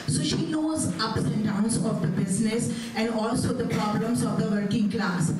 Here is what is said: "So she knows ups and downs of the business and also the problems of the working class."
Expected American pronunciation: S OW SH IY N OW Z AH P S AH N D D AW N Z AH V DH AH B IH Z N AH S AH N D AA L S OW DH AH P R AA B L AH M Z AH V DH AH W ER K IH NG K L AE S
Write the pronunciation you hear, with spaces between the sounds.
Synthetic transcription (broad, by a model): S OW SH IY N OW Z AH P S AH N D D AW N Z AH V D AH B IH Z N AH S AH N D AA L S OW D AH P R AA B L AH M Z AH V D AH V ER K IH NG K L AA S